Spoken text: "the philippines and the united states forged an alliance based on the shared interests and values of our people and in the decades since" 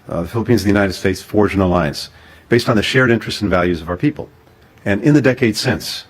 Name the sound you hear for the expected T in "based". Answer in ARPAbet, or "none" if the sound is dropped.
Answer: T